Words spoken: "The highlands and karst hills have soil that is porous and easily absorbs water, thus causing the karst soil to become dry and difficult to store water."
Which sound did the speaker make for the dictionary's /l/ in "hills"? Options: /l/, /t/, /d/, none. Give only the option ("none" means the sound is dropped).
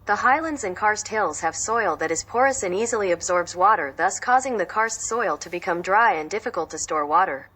/l/